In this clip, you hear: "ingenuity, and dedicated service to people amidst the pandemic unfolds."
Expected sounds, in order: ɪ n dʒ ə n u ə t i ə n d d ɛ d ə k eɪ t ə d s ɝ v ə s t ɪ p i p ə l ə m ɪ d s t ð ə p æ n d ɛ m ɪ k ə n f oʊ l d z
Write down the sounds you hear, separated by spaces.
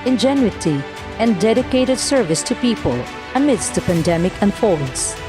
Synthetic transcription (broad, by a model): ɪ n dʒ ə n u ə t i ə n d d ɛ d ə k eɪ t ə d s ɝ v ə s t ɪ p i p ə l ə m ɪ d s t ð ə p æ n d ɛ m ɪ k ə n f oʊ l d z